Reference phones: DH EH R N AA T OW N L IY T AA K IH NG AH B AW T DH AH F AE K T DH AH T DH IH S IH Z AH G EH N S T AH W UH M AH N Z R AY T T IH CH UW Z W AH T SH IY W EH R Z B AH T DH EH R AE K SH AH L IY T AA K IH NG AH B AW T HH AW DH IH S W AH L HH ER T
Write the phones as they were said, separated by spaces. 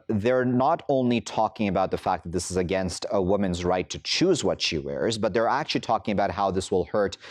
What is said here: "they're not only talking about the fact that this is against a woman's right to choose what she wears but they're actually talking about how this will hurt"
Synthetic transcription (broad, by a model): DH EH R N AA T OW N L IY T AA K IH NG AH B AW T DH AH F AE K DH AH T DH IH S IH Z AH G EH N S T AH W UH M AH N Z R AY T T IH CH UW Z W AH T SH IY W EH R Z B AH T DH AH R AE K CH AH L IY T AA K IH NG AH B AW T HH AW DH IH S W AH L HH ER T